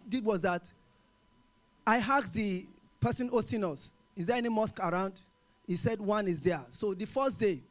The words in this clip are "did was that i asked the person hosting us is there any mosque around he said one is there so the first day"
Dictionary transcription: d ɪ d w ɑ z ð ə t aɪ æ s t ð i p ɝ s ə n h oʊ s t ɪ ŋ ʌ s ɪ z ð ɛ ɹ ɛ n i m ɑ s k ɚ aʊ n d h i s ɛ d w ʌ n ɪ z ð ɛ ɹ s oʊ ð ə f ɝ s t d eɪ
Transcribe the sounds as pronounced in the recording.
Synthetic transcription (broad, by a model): d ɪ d w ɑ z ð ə t aɪ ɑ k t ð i p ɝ s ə n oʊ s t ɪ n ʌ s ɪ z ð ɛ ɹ ɛ n i m ɑ s k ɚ aʊ n d h i s ɛ d w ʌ n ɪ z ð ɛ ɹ s oʊ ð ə f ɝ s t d eɪ